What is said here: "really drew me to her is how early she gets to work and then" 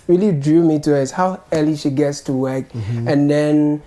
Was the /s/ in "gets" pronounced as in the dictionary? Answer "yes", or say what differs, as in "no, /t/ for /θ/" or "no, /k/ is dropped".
yes